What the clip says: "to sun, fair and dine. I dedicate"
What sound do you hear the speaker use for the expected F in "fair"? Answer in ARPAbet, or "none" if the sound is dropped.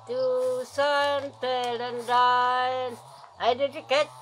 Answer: P